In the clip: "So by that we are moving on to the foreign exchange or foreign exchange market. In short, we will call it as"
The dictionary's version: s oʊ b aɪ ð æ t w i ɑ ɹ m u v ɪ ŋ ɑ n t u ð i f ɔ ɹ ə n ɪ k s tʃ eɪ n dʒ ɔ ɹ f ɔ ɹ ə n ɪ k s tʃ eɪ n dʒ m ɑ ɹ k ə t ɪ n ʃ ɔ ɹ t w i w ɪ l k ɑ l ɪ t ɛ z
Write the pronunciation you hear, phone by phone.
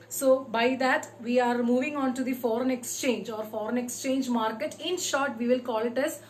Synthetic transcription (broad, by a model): s oʊ b aɪ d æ t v i ɑ ɹ m u v ɪ ŋ ɑ n t u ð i f ɔ ɹ ə n ɪ k s tʃ eɪ n dʒ ɔ ɹ f ɔ ɹ ə n ɪ k s tʃ eɪ n dʒ m ɑ ɹ k ə t ɪ n ʃ ɔ ɹ t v i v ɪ l k ɑ l ɪ t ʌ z